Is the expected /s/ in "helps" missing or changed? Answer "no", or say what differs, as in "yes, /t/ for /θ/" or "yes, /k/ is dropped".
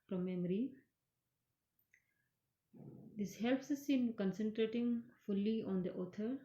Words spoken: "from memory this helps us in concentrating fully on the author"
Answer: no